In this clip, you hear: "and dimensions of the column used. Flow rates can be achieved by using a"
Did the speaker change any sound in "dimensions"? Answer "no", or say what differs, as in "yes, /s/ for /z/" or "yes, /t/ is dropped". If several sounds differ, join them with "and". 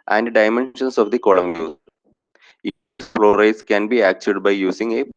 yes, /s/ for /z/